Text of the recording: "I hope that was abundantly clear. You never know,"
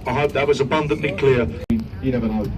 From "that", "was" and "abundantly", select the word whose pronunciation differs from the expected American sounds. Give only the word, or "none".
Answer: none